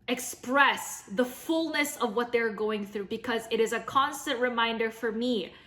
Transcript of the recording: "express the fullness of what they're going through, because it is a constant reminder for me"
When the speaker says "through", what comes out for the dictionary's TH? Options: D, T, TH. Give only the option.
TH